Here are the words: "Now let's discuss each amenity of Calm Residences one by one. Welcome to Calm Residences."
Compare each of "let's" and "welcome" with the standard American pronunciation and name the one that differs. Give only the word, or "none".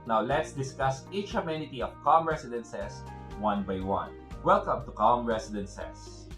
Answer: none